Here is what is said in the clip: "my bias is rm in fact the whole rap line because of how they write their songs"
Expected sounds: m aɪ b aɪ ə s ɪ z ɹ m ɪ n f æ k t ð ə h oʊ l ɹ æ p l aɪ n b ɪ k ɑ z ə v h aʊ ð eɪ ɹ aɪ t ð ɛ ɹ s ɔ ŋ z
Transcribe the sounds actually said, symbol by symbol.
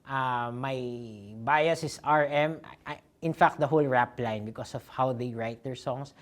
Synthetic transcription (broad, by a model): m aɪ b aɪ ə s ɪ s ɹ m ɪ n f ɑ k t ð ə h oʊ l ɹ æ p l aɪ n b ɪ k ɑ s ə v h aʊ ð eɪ ɹ aɪ t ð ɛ ɹ s ɔ ŋ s